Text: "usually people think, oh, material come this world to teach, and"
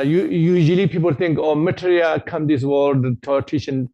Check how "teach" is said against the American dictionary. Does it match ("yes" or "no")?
no